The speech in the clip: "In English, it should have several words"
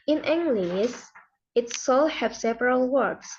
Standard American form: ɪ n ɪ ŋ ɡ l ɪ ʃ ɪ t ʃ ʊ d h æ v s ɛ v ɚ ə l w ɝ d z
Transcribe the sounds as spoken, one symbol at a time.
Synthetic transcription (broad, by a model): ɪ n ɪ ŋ ɡ l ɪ s ɪ t s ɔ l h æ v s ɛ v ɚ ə l w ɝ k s